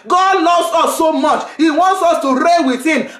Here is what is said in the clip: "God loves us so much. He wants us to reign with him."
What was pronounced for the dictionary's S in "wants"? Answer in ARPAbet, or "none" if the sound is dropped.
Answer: S